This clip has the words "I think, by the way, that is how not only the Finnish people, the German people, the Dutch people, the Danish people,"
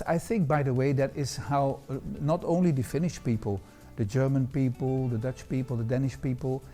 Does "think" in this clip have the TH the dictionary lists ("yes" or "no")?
yes